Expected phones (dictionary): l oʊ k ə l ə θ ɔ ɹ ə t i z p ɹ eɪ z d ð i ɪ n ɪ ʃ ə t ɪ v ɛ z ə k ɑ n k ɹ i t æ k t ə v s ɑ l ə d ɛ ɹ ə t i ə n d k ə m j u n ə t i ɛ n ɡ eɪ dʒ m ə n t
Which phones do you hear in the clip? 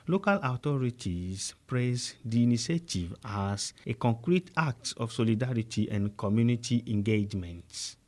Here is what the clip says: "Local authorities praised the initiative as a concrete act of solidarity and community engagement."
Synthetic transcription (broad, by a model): l oʊ k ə l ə t ɔ ɹ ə t i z p ɹ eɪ s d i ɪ n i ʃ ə t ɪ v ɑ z ə k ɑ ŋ k ɹ i t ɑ k t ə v s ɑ l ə d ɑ ɹ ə t i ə n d k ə m j u n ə t i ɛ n ɡ eɪ dʒ m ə n t